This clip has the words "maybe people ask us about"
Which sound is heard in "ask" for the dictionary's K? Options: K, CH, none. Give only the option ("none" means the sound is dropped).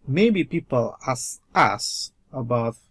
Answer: none